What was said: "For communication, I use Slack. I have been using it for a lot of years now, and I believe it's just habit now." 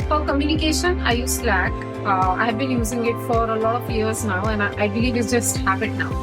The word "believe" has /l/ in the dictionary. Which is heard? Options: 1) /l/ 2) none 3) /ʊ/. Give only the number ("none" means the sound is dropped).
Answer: 2